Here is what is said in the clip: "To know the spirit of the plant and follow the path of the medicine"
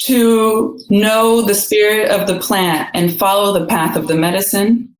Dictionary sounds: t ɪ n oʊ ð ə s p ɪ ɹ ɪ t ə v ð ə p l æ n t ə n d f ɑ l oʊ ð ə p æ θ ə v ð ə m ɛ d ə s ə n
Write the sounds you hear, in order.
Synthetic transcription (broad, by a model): t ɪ n oʊ ð ə s p ɪ ɹ ɪ t ə v ð ə p l æ n t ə n f ɑ l oʊ ð ə p æ θ ə v ð ə m ɛ d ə s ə n